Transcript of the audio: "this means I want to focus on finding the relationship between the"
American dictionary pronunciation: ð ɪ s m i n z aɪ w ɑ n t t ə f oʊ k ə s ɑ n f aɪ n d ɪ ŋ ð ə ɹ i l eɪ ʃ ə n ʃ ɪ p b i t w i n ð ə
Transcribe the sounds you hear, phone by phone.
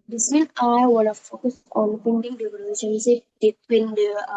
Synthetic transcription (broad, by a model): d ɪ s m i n aɪ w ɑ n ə f oʊ k ə s ɑ n p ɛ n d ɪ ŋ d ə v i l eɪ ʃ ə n s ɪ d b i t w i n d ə